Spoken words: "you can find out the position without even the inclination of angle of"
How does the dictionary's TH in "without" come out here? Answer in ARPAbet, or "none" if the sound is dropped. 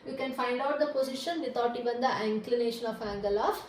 T